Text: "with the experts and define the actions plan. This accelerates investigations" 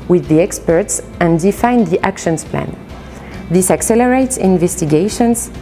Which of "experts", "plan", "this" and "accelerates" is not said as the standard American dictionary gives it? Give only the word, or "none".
none